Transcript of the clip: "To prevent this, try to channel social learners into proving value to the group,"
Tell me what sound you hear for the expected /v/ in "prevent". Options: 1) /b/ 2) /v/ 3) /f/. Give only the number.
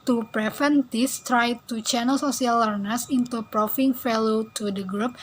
3